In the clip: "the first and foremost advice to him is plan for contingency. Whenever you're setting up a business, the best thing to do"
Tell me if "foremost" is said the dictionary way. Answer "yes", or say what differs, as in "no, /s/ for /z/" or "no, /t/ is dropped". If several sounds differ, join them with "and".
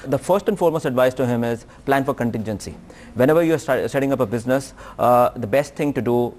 no, /t/ is dropped